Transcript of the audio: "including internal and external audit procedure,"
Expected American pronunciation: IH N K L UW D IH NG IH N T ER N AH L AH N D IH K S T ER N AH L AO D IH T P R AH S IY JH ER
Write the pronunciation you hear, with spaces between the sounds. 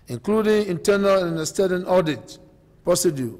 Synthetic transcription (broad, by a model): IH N K L UW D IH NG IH N T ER N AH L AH N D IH S T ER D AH N AO D IH T P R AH S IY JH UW